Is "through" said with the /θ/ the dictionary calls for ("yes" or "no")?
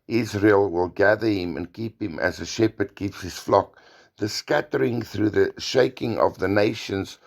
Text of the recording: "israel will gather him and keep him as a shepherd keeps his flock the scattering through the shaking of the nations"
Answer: yes